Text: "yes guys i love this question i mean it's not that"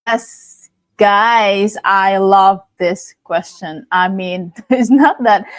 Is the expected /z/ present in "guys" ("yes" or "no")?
yes